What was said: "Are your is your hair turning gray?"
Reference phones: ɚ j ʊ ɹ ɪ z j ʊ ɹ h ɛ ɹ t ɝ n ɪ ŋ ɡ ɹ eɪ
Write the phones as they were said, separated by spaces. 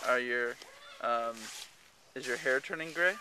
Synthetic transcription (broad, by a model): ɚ j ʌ ɹ ɪ z j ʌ ɹ h ɛ ɹ t ɝ n ɪ ŋ ɡ ɹ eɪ